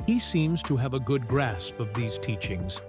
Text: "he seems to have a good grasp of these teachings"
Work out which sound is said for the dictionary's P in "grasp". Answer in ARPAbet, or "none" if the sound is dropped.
P